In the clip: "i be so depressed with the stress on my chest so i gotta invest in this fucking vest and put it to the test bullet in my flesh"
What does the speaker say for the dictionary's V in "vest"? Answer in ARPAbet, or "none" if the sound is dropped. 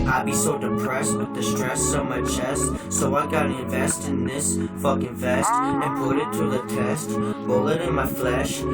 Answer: V